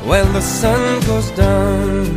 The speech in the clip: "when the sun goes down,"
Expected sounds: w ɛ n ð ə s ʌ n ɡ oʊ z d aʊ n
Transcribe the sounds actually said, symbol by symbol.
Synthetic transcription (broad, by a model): w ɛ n ð ə s ʌ n ɡ oʊ z d aʊ n